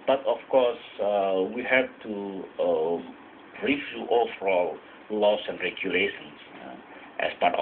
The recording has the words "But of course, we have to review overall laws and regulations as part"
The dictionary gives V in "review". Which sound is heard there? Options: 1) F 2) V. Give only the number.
1